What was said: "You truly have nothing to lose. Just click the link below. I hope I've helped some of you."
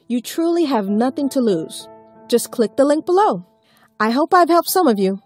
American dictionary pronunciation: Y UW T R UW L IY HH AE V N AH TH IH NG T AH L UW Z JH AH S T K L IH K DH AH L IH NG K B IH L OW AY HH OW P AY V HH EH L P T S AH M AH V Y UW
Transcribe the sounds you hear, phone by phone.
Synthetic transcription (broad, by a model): Y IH T R UW L IY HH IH V N AH TH IH NG T AH L UW Z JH AH S K L IH K DH AH L IH NG K B IH L OW AY HH OW P AY V HH EH L P T S AH M AH V Y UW